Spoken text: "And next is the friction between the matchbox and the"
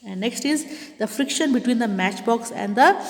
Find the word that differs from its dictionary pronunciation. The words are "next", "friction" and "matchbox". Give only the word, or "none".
none